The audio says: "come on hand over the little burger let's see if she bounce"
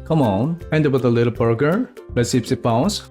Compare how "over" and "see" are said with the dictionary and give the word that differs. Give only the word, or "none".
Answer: over